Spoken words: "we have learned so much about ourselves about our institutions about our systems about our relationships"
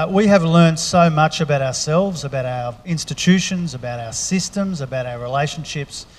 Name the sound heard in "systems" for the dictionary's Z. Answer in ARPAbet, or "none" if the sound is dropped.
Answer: Z